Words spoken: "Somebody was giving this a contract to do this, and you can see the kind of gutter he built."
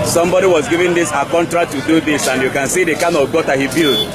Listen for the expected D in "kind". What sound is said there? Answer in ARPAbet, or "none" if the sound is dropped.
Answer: none